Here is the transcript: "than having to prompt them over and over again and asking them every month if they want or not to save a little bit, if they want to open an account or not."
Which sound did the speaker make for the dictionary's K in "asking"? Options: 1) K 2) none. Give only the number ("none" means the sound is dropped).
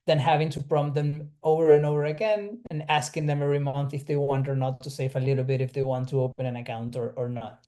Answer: 1